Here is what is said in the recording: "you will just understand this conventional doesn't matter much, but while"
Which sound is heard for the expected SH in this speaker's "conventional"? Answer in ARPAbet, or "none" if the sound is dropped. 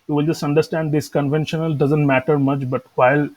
SH